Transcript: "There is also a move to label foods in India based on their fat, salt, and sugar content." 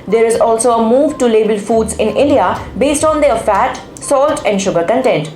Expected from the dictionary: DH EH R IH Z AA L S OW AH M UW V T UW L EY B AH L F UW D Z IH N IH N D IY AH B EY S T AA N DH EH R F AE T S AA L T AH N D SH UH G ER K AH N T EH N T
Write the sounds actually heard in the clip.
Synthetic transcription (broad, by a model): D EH R IH Z AA L S OW AH M UW V T UW L EY B AH L F UW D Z IH N IH N D IY AH B EY S T AA N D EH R F AE T S AA L T AH N D SH UH G ER K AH N T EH N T